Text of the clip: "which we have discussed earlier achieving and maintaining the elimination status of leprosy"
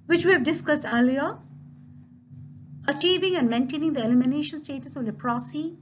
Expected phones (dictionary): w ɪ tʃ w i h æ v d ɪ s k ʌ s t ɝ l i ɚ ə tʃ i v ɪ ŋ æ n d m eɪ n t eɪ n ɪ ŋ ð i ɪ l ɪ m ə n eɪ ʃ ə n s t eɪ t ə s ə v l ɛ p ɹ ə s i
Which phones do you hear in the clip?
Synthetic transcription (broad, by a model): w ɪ tʃ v i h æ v d ɪ s k ʌ s t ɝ l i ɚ ə tʃ i v ɪ ŋ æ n d m eɪ n t eɪ n ɪ ŋ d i ɪ l ɪ m ə n eɪ ʃ ə n s t eɪ t ə s ə v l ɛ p ɹ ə s i